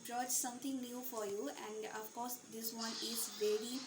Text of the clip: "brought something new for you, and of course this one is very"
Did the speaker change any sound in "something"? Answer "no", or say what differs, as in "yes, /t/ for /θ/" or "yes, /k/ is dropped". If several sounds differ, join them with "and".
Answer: yes, /t/ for /θ/